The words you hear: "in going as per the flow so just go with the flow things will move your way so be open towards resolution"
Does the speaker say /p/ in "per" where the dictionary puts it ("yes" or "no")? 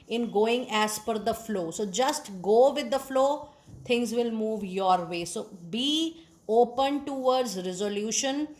no